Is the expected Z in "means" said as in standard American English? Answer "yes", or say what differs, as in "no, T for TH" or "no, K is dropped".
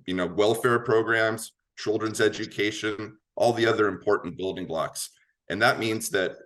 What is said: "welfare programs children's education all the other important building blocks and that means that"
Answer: yes